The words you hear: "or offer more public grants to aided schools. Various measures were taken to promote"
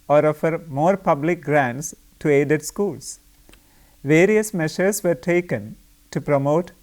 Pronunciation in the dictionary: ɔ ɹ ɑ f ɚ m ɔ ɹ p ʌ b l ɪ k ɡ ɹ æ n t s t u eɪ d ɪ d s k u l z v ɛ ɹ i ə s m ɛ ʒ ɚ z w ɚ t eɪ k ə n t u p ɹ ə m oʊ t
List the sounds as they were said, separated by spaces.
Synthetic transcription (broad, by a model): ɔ ɹ ɑ f ɚ m ɔ ɹ p ʌ b l ɪ k ɡ ɹ æ n t s t u eɪ d ɪ d s k u l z v ɛ ɹ i ə s m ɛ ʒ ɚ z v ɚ t eɪ k ə n t u p ɹ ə m oʊ t